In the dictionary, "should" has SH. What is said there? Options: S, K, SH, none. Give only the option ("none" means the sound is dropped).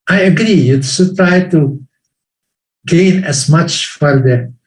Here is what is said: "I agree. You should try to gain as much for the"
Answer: S